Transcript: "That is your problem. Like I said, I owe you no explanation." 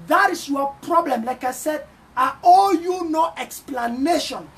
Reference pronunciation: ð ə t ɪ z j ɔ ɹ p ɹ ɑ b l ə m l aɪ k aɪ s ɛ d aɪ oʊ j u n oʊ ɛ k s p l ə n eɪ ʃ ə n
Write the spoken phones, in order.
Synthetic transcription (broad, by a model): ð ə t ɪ s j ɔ p ɹ ɑ b l ə m l aɪ k aɪ s ɛ d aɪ oʊ j u n oʊ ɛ k s p l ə n eɪ ʃ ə n